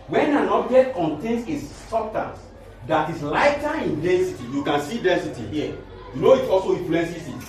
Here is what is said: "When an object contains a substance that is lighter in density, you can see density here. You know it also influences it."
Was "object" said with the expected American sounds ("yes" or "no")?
no